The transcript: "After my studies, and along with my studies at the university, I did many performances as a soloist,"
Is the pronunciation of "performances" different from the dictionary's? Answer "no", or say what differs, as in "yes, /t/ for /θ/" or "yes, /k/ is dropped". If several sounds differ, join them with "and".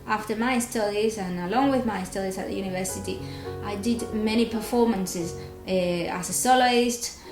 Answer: no